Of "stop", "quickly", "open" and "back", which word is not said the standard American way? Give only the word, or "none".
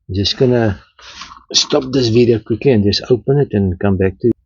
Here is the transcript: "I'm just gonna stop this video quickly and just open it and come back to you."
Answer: quickly